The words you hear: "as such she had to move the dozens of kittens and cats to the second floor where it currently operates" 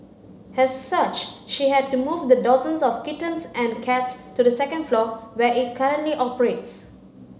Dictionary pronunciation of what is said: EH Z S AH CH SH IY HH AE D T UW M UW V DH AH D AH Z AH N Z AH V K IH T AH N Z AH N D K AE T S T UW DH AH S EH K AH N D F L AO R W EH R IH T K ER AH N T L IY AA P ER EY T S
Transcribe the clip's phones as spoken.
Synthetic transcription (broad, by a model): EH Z S AH CH SH IY HH AE D T UW M UW V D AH D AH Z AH N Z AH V K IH T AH N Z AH N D K AE T S T UW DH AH S EH K AH N D F L AO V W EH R IH T K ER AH N T L IY AA P ER EY T S